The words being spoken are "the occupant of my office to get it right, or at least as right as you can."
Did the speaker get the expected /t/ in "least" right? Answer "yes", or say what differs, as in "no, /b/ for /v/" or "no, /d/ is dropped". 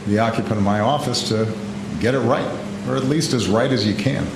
yes